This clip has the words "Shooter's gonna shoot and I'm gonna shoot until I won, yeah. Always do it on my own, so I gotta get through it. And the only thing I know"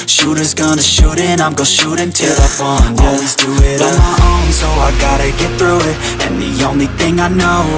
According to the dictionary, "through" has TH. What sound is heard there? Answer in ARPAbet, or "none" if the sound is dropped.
TH